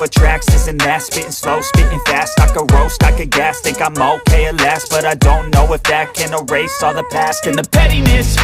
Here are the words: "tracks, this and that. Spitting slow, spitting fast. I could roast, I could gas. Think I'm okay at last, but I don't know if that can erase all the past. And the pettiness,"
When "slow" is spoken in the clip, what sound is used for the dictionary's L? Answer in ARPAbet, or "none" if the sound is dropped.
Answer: L